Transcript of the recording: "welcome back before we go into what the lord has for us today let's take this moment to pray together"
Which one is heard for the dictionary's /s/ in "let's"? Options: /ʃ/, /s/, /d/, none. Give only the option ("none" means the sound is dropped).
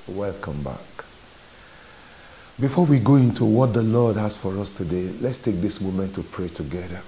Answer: /s/